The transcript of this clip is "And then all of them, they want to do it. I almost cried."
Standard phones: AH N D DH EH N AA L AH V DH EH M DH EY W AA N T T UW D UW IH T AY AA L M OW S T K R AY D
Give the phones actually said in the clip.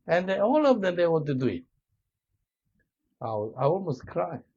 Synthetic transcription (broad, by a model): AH N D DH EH AA L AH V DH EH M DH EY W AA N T T UW D UW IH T AY AA L M OW S T K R AY